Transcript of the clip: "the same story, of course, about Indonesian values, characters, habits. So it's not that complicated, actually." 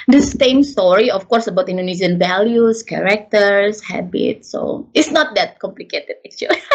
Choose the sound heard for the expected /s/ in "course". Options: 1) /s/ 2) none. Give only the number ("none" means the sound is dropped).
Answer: 1